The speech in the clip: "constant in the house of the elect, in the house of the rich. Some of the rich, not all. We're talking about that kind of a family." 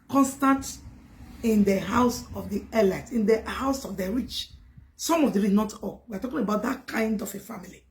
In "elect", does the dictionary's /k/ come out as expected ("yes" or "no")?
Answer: no